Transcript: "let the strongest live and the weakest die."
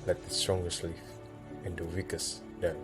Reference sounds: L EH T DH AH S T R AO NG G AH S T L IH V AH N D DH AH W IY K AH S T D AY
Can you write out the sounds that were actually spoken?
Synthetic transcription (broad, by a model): L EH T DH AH S T R AO NG G AH S T L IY F AH N D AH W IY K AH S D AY